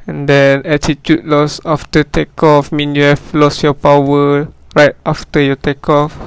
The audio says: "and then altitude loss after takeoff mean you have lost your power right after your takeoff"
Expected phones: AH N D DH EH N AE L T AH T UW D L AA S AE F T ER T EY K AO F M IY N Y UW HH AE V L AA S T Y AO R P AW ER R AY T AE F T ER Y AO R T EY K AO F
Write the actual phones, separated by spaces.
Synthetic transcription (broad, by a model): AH N D EH N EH T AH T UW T L AA S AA F T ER T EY K AO F M IY N Y UW HH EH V L AA S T Y AO P AW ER R AY T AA F T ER Y AO T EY K AO F